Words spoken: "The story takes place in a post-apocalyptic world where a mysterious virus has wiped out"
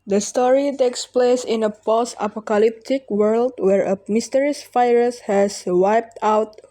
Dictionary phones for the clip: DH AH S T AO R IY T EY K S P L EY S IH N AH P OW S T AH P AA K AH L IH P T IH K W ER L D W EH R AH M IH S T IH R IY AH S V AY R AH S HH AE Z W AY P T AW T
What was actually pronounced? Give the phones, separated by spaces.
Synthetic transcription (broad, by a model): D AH S T AO R IY T EY K S P L EY S IH N AH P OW S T AH P AA K AH L IH P T IH K W ER L D W EH R AH M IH S T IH R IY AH S F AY R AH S HH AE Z W AY P T AW T